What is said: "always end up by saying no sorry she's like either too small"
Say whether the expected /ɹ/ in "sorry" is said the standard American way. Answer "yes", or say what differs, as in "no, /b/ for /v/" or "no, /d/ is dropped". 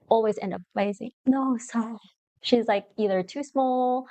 no, /ɹ/ is dropped